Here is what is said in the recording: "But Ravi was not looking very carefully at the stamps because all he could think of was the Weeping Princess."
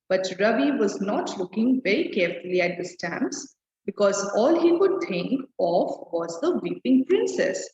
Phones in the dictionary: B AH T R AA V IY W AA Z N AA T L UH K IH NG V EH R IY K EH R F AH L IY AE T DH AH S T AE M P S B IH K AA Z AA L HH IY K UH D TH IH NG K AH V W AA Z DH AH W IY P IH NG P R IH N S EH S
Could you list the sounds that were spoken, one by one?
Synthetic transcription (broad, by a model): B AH T R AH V IY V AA Z N AA T L UH K IH NG V EH R IY K EH R F AH L IY AE T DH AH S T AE M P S B IH K AA Z AA L HH IY K UH D T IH NG K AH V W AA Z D AH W IY P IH NG P R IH N S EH S